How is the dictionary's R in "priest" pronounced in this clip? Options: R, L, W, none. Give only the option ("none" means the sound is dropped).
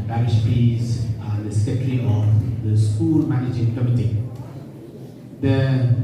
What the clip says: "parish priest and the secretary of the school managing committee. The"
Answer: none